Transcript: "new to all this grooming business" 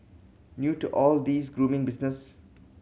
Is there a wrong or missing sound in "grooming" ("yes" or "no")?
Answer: no